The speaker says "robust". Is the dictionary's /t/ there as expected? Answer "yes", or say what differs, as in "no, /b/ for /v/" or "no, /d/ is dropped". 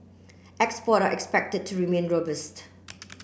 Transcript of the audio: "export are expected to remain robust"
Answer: yes